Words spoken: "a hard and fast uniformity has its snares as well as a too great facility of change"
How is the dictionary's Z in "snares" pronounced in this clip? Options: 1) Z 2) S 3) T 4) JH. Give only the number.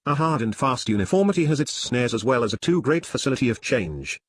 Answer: 1